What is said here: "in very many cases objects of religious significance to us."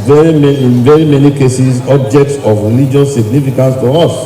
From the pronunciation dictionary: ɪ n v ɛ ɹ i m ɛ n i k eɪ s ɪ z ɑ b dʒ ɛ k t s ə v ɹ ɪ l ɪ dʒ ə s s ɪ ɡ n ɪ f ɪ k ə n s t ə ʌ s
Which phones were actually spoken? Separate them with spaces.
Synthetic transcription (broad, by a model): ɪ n v ɛ ɹ i m ɛ n i k eɪ s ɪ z ɑ b dʒ ɛ k t s ə v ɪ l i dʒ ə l s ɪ ɡ n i f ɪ k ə n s t ə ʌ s